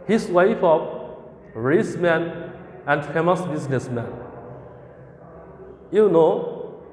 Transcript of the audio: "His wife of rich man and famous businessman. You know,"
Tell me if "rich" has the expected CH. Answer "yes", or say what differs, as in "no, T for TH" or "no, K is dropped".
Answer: no, S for CH